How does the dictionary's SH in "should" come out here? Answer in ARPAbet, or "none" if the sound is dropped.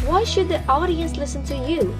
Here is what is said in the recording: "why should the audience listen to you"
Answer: SH